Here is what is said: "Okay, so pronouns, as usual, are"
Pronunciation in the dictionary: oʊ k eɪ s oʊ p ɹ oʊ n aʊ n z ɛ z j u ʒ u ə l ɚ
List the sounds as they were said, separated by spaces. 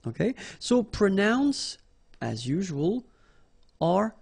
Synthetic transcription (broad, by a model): oʊ k eɪ s oʊ p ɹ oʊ n aʊ n s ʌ z j u ʒ u ə l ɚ